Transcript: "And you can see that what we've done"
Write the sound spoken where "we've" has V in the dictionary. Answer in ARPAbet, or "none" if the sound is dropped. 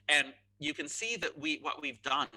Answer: V